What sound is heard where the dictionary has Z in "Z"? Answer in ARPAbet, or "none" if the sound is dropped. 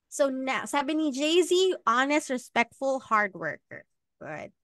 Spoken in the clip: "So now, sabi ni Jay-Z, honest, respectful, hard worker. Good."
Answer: Z